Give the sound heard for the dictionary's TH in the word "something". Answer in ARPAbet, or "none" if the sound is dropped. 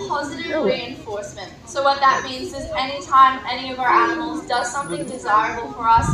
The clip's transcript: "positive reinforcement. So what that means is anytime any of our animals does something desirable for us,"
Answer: TH